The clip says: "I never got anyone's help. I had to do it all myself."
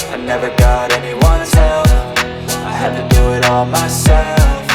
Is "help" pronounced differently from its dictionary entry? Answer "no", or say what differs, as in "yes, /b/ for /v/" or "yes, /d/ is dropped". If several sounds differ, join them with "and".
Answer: yes, /f/ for /p/